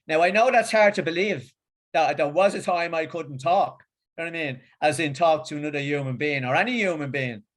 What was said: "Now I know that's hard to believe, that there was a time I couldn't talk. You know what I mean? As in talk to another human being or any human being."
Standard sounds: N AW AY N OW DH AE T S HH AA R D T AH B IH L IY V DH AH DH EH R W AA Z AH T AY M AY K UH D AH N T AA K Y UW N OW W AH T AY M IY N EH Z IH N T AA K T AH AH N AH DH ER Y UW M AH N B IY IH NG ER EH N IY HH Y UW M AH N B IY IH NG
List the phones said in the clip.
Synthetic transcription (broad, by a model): N AW AY N OW DH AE T S HH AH R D T AH B IH L IY V DH AH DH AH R W AA Z AH T AY M AY K UH D N T AA K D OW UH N AY M IY N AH Z IH N T AA K T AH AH N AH DH ER Y UW M AH N B IY IH NG ER EH N IY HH Y UW M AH N B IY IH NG